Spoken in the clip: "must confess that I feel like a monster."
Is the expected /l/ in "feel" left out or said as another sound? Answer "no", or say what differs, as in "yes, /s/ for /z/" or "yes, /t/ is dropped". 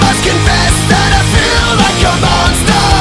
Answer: no